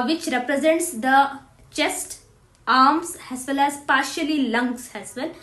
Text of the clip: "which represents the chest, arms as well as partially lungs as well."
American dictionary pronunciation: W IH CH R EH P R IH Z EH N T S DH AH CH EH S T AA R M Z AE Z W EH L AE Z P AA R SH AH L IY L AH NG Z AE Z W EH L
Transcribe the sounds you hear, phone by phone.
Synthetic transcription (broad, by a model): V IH CH R EH P R IH Z EH N T S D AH CH EH S T AA R M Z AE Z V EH L AE Z P AA R SH AH L IY L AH NG S AE Z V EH L